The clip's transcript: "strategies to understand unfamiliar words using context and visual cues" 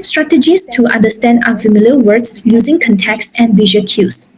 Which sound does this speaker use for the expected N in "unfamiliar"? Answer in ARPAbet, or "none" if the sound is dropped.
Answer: none